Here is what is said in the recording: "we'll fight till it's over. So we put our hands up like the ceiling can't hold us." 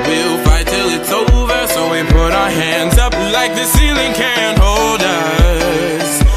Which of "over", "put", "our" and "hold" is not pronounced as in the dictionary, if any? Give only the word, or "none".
none